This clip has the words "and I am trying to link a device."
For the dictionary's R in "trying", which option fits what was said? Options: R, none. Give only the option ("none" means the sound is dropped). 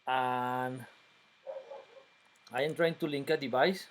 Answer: R